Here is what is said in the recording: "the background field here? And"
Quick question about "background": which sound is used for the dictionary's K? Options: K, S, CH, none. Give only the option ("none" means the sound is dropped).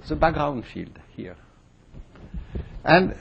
none